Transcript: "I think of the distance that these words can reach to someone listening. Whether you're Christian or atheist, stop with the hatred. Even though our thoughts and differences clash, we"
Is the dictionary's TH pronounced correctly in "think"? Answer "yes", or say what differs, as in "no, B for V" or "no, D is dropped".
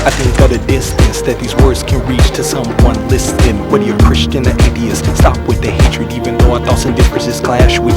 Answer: yes